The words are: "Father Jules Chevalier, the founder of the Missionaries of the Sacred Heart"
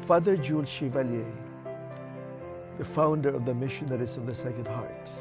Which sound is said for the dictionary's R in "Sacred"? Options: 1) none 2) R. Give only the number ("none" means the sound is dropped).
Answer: 1